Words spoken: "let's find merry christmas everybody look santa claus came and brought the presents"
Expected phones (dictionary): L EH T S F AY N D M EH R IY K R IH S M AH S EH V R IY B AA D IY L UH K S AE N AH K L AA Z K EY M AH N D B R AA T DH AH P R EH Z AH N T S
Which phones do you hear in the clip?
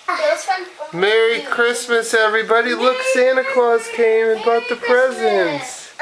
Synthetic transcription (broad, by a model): M EH R IY K R IH S M AH S EH V R IY B AA D IY L UH K S AE N AH K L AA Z K EY M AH N B AA T DH AH P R EH Z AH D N S